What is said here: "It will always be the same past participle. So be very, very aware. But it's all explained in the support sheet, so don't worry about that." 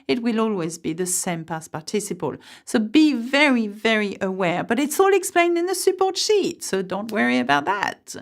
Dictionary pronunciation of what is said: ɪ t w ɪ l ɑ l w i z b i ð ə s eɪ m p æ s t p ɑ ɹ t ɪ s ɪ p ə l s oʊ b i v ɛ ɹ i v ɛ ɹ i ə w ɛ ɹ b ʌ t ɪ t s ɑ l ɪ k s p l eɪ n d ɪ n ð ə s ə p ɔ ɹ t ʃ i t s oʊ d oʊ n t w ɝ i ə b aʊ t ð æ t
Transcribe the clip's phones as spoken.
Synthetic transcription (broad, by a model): ɪ t w ɪ l ɑ l w i z b i ð ə s eɪ m p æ s p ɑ ɹ t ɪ s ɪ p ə l s oʊ b i v ɛ ɹ i v ɛ ɹ i ə w ɛ ɹ b ʌ t ɪ t s ɑ l ɪ k s p l eɪ n d ɪ n ð ə s ə p ɔ ɹ t ʃ i t s oʊ d oʊ n t w ɝ i ə b aʊ t ð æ t